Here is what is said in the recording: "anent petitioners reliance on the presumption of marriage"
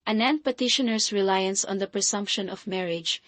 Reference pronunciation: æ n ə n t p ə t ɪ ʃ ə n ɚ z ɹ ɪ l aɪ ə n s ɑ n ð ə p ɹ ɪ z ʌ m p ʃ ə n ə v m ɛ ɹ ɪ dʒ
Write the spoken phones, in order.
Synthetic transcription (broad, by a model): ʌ n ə n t p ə t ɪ ʃ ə n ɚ s ɹ ɪ l aɪ ə n s ɑ n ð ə p ɹ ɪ s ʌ m p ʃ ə n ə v m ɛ ɹ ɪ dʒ